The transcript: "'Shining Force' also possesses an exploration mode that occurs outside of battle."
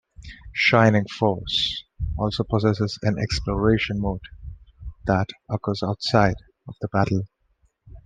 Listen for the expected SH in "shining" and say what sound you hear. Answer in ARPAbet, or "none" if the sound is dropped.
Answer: SH